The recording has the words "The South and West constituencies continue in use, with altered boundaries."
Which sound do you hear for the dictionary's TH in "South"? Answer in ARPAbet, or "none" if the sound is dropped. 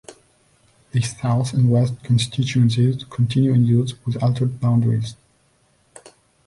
TH